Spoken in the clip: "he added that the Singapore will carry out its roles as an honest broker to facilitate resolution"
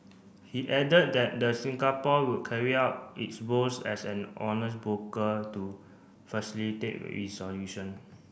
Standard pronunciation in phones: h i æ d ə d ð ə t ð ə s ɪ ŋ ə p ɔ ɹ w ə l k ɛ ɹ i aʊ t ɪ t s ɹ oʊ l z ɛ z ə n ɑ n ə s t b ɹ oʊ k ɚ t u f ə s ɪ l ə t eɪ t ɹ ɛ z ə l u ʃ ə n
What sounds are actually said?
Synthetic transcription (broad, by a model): h i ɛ d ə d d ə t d ə s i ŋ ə p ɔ w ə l k ɛ ɹ i aʊ t ɪ t s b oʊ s ɛ s ə n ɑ n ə s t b oʊ k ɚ t u f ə s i l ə t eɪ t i s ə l u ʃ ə n